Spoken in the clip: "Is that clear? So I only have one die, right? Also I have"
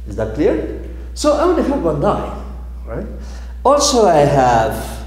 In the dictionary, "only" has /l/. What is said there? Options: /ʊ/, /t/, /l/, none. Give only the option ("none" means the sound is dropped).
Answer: none